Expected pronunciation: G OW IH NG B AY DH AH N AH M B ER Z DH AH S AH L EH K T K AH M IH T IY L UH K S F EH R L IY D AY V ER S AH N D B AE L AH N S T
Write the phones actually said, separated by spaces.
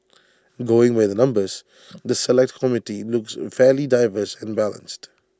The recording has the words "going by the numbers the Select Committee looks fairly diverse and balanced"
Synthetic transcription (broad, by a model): G OW IH NG B AY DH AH N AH M B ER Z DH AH S AH L EH K T K AH M IH T IY L UH K S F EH L IY D AY V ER S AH N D B AE L AH N S T